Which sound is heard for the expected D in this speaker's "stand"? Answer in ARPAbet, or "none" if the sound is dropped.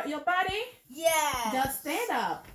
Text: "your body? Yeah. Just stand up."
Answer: D